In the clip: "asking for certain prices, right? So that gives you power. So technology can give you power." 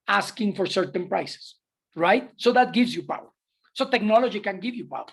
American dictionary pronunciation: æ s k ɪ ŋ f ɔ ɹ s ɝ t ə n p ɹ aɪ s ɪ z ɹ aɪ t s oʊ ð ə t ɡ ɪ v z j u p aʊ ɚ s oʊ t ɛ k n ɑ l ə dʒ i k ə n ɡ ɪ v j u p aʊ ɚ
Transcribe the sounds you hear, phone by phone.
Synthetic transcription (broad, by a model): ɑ s k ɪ ŋ f ɔ ɹ s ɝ t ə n p ɹ aɪ s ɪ s ɹ aɪ t s oʊ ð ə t ɡ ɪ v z j u p aʊ ɚ s oʊ t ɛ k n ɑ l ə dʒ i k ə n ɡ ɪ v j u p aʊ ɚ